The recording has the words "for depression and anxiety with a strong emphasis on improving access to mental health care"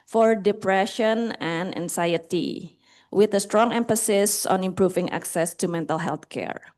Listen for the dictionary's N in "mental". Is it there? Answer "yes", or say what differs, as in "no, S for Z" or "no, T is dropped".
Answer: yes